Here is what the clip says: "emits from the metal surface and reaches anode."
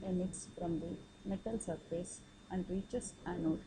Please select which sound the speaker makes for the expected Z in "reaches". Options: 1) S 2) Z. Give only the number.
1